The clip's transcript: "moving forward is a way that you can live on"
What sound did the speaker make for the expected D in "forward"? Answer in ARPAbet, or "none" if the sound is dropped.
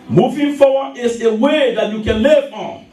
none